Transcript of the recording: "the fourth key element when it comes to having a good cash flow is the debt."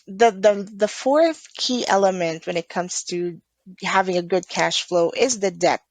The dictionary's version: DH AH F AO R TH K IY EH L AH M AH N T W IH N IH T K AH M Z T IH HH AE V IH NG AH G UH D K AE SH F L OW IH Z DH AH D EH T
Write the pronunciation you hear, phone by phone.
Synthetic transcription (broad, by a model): DH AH F AO R TH K IY EH L AH M AH N T W IH N IH T K AH M Z T IH HH AE V IH NG AH G UH D K AE SH F L OW IH Z DH AH D EH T